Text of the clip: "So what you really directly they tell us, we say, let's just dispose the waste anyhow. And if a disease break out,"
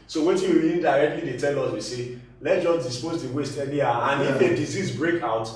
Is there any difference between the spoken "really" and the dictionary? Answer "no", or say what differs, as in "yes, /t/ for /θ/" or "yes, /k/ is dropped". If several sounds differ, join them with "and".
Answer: yes, /w/ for /ɹ/